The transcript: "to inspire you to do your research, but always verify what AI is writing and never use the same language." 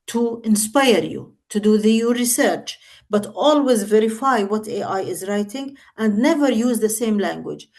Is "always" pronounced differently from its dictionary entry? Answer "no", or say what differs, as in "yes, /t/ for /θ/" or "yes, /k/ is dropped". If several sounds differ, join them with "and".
no